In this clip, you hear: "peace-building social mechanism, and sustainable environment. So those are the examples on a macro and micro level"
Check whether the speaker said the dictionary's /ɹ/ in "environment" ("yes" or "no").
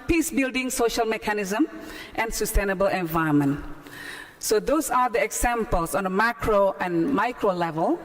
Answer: no